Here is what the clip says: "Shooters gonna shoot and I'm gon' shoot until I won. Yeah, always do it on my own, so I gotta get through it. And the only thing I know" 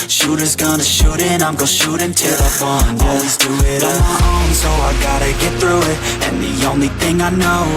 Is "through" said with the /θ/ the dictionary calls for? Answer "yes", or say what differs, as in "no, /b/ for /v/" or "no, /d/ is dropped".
yes